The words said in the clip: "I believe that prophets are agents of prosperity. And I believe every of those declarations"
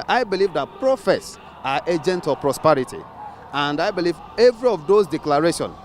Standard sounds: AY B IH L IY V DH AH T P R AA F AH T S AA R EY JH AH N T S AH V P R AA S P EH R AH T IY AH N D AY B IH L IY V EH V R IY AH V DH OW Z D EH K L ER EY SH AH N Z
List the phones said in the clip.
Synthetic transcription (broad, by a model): AY B IH L IY V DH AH T P R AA F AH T S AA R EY JH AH N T AH V P R AA S P EH R AH T IY AH N D AY B IH L IY V EH V R IY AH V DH OW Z D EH K L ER EY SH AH N